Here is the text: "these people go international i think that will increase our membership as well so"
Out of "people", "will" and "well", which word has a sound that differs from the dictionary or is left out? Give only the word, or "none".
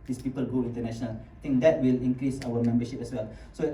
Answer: none